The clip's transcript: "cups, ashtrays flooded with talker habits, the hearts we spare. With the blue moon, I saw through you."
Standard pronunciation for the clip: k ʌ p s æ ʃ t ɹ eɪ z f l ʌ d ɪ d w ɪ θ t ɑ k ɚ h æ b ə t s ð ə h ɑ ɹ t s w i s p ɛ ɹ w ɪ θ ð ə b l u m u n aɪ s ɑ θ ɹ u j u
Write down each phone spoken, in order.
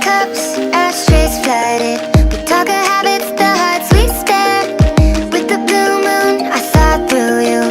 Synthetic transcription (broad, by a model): k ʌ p s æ s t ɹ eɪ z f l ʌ d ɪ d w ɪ t ɑ k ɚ h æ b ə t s ð ə h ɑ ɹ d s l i s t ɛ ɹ w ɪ ð ə b l u m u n aɪ θ ɑ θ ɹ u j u